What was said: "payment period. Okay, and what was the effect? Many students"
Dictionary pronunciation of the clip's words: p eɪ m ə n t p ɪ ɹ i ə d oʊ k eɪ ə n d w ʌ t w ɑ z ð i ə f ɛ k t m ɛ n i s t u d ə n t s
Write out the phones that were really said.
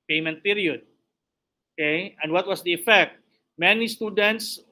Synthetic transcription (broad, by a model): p eɪ m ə n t p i ɹ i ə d oʊ k eɪ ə n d w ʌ t w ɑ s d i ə f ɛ k t m ɛ n i s t u d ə n t s